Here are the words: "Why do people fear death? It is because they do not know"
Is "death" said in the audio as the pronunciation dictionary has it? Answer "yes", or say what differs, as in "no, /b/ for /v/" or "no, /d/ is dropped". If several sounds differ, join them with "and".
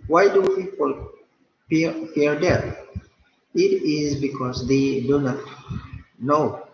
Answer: no, /t/ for /θ/